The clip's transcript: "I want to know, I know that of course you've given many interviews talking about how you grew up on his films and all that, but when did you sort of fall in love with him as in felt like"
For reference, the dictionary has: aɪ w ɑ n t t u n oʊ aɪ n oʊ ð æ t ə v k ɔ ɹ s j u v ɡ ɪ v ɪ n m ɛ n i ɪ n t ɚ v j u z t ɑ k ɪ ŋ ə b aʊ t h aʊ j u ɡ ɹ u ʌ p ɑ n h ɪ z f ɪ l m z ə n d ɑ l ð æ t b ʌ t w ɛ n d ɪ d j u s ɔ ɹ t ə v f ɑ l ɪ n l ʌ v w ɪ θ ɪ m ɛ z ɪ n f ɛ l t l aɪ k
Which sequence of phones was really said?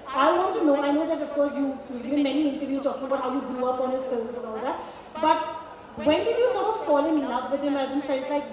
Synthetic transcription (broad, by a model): aɪ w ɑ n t t u n oʊ aɪ n oʊ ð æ t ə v k ɔ ɹ s j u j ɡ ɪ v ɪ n m ɛ n i ɪ n t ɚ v j u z t ɑ k ɪ ŋ ə b aʊ t h aʊ j u ɡ ɹ u ʌ p ɑ n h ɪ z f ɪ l z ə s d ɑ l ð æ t b ʌ t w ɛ n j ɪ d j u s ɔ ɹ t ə f ɑ l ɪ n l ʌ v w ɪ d ɪ m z ɪ n f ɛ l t l aɪ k